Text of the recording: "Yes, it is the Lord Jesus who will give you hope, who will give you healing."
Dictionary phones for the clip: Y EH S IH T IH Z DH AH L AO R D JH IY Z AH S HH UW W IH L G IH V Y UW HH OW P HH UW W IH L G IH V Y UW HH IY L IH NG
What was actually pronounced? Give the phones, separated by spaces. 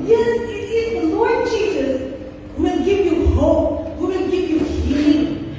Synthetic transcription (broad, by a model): Y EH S IH T IH Z DH AH L AO R D JH IY Z AH S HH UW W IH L G IH V Y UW HH OW P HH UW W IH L G IH V Y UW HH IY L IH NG